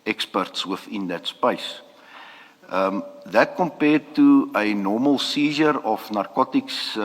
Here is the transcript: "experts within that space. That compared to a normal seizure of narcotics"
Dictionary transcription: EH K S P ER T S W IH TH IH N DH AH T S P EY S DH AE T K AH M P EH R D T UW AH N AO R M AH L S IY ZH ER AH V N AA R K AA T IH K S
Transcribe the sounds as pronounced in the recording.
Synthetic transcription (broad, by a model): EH K S P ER T S W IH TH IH N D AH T S P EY S DH AE T K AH M P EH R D T UW AH N AO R M AH L S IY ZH ER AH F N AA R K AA T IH K S